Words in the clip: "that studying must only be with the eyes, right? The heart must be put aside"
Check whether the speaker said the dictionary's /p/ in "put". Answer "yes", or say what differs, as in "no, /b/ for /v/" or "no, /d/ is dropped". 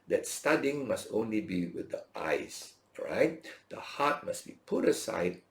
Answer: yes